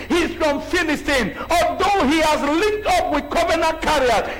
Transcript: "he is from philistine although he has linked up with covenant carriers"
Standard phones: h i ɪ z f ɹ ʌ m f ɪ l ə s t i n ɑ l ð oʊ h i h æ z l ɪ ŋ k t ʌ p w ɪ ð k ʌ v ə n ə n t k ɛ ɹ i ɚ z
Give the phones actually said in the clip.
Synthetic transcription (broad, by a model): h i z f ɹ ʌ m f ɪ n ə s t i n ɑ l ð oʊ h i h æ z l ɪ k t ʌ p w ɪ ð k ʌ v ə n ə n k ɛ ɹ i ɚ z